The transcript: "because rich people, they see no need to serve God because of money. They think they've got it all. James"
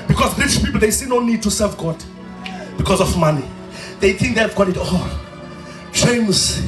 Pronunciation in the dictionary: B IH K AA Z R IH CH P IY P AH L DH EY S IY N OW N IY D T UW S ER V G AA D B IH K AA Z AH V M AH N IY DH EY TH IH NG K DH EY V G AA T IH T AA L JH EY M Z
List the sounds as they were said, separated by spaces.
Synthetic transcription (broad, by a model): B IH K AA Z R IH SH P IY P AH L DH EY S IY N OW N IY D T UW S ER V G AA D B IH K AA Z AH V M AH N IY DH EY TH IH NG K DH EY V G AA T IH T AA L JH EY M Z